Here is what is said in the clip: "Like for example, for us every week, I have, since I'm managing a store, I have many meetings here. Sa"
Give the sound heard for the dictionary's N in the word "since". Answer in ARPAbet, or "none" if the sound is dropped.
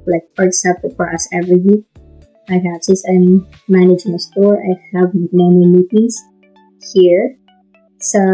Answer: none